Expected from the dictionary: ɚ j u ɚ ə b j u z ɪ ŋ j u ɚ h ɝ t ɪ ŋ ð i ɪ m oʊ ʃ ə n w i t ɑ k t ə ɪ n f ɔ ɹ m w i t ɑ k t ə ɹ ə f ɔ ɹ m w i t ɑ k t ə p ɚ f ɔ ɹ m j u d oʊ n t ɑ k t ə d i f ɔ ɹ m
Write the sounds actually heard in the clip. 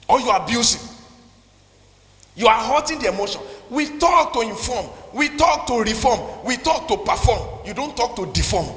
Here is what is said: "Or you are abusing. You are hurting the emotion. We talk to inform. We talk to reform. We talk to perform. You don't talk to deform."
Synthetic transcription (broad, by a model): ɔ j u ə b j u s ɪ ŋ j u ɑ h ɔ t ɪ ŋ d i ɪ m oʊ ʃ ə n w i t ɑ k t ə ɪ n f ɔ m w i t ɑ k t ə ɹ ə f ɔ m w i t ɑ k t ə p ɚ f ɔ m j u d oʊ n t ɑ k t ə d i f ɔ m